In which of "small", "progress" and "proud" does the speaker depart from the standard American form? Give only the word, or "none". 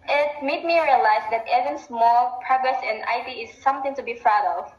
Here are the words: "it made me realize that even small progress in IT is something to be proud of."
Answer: proud